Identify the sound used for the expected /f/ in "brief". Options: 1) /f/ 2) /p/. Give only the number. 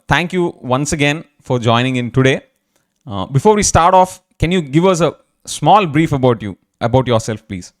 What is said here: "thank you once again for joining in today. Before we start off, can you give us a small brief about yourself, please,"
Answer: 1